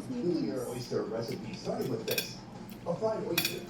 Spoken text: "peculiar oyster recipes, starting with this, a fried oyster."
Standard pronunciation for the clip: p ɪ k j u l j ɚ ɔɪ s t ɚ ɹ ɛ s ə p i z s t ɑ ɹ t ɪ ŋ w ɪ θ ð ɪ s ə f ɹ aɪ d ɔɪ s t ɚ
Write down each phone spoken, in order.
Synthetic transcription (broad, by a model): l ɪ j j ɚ ɔɪ s t ɚ ɹ ɛ s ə p i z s t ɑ ɹ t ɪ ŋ w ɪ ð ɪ s ə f aɪ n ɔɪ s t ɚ